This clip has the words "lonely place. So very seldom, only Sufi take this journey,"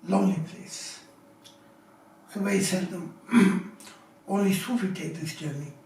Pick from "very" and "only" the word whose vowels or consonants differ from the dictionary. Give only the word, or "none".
very